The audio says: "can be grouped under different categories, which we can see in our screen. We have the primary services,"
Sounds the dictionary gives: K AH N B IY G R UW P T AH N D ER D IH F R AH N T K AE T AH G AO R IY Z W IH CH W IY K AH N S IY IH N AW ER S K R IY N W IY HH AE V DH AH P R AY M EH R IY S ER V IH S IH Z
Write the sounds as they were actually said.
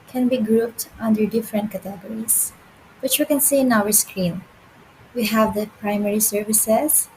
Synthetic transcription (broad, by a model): K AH N B IY G R UW P T AH N D ER D IH F R AH N T K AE T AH G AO R IY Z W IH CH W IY K AH N S IY IH N AW ER S K R IY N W IY HH AE V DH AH P R AY M EH R IY S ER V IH S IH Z